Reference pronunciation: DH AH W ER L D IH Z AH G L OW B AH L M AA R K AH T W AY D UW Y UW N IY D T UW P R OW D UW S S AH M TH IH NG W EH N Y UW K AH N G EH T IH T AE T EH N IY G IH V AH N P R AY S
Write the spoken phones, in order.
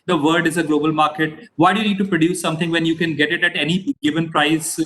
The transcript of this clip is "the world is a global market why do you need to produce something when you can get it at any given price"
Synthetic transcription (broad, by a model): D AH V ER D IH Z AH G L OW B AH L M AA R K AH T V AY D UW Y UW N IY D T UW P R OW D UW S S AH M T IH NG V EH N Y UW K AH N G EH T IH T AE T EH N IY G IH V AH N P R AY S